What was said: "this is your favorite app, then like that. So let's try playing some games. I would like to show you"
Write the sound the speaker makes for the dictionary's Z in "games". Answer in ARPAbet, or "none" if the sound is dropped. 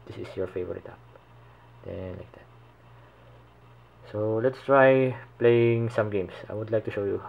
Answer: S